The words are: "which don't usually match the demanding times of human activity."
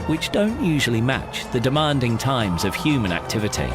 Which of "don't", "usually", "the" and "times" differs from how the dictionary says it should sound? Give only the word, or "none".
none